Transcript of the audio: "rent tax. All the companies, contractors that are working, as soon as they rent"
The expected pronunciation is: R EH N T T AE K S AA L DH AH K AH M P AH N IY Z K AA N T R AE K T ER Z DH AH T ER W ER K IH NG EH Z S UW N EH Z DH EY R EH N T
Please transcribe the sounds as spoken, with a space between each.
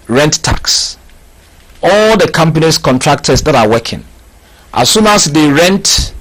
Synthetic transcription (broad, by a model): R EH N T T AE K S AA L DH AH K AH M P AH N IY S K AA N T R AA K T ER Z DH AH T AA W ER K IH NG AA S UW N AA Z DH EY R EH N T